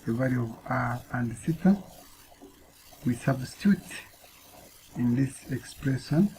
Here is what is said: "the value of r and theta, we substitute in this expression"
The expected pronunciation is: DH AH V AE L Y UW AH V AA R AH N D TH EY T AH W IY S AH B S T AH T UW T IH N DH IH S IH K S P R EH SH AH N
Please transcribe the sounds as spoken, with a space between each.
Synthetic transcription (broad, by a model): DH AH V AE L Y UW AH V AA AH N D S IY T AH W IY S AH B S T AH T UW T IH N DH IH S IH K S P R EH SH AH N